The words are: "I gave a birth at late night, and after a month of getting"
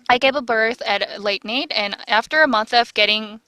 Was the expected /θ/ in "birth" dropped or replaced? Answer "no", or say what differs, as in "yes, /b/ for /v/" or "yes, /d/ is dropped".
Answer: no